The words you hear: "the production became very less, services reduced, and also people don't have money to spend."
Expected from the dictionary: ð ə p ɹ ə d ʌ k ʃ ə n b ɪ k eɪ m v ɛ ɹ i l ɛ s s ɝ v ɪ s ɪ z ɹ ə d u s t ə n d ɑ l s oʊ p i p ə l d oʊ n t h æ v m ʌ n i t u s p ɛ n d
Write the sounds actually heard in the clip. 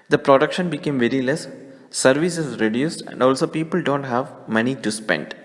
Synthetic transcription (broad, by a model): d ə p ɹ ə d ʌ k ʃ ə n b ɪ k eɪ m v ɛ ɹ i l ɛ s s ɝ v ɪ s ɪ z ɹ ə d u s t ə n d ɑ l s oʊ p i p ə l d oʊ n t h æ v m ʌ n i t u s p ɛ n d